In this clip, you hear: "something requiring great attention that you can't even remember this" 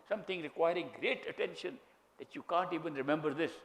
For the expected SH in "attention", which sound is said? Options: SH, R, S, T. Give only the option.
SH